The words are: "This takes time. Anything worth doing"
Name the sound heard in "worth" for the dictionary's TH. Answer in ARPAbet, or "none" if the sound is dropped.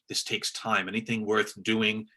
TH